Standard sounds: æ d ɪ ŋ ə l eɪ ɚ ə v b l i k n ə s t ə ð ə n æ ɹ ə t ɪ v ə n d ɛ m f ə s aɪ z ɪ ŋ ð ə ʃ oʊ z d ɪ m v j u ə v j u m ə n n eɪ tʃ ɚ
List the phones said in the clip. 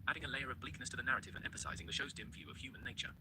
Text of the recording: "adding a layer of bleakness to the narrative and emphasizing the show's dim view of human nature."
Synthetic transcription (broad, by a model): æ d ɪ ŋ ə l eɪ ɚ ə v b l i k n ə s t ə ð ə n æ ɹ ə t ɪ v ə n ɛ m f ə s aɪ z ɪ ŋ ð ə ʃ oʊ z d ɪ m v j u ə v j u m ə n n eɪ tʃ ɚ